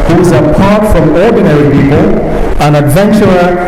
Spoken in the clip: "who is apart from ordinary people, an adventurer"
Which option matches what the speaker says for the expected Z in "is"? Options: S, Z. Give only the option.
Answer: Z